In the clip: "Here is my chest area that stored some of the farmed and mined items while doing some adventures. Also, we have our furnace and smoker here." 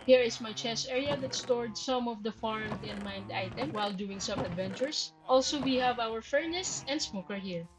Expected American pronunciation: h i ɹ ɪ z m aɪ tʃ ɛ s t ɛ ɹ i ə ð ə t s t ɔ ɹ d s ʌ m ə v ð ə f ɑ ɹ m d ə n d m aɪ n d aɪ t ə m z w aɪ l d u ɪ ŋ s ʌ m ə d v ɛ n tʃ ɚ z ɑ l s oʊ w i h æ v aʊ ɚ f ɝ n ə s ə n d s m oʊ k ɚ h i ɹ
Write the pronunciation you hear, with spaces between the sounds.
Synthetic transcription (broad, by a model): h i ɹ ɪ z m aɪ tʃ ɛ s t ɛ ɹ i ə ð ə t s t ɔ ɹ d s ʌ m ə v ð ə f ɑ ɹ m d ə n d m aɪ n d aɪ t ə m w aɪ l d u ɪ ŋ s ʌ m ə d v ɛ n tʃ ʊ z ɑ l s oʊ w i h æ v aʊ ɚ f ɝ n ə s ə n d s m oʊ k ɚ h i ɹ